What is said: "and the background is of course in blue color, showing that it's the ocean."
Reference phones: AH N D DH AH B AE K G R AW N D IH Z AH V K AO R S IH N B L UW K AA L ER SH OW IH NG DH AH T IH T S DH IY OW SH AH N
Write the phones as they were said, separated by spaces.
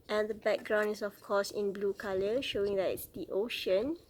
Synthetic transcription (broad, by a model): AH N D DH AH B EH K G R AW N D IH S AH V K AO S IH N B L UW K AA L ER SH OW IH NG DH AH T IH T S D IY OW SH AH N